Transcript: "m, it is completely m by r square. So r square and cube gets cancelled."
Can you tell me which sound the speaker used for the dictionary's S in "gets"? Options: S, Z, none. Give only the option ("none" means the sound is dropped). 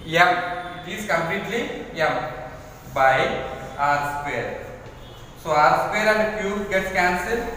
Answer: none